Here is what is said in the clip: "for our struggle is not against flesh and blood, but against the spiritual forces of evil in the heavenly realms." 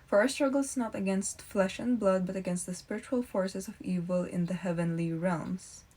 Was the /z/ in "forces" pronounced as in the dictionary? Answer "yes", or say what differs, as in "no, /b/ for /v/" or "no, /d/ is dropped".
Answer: no, /s/ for /z/